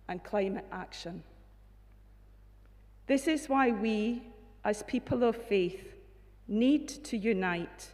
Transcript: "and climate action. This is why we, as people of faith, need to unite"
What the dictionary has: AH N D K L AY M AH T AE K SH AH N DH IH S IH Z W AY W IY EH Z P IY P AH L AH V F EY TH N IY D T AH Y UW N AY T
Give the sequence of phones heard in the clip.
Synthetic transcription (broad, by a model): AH N K L AY M AH T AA K SH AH N DH IH S IH Z W AY W IY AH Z P IY P AH L AH V F EY TH N IY D T AH Y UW N AY T